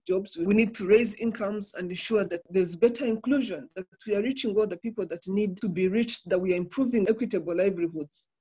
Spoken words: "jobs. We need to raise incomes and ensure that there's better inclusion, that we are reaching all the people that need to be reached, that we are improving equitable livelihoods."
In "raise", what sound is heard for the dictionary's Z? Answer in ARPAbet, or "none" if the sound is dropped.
Z